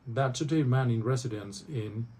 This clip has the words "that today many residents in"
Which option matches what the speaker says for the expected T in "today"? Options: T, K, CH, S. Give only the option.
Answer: S